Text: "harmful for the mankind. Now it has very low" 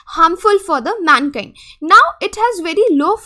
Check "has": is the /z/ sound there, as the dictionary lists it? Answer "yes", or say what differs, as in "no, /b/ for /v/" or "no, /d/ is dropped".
yes